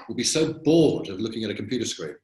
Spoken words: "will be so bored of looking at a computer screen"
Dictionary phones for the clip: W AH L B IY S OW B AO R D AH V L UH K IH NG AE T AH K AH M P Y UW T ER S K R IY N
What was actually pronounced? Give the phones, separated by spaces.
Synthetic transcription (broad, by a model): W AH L B IY S OW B AO L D AH V L UH K IH NG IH T AH K M P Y UW T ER S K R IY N